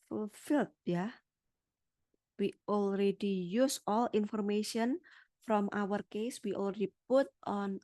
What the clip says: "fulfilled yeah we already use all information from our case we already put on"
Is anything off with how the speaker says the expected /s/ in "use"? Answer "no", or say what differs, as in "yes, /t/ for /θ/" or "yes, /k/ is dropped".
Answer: no